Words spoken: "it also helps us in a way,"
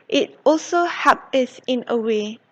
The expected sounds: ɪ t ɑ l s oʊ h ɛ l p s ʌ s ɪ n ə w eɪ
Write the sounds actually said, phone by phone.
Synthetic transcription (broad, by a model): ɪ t ɑ l s oʊ h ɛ p ʌ s ɪ n ə w eɪ